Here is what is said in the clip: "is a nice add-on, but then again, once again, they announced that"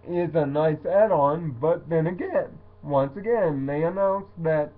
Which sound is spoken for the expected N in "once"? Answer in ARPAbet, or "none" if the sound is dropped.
N